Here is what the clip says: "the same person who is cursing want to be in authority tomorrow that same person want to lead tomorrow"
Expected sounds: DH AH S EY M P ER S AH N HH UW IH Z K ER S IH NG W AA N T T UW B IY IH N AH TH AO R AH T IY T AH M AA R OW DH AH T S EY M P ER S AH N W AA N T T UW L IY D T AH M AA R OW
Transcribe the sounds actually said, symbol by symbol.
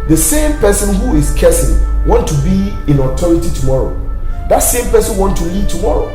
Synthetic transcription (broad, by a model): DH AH S EY M P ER S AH N HH UW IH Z K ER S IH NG W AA N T T UW B IY IH N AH T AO R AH T IY T AH M AA R OW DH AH T S EY M P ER S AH N W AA N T T UW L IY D T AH M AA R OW